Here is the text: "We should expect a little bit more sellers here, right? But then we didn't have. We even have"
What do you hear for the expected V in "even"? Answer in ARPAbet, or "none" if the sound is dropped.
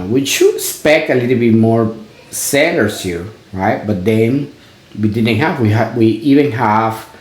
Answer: V